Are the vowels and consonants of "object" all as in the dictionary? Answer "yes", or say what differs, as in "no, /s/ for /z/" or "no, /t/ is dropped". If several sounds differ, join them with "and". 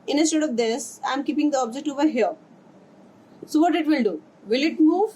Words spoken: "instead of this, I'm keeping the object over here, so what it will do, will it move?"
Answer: yes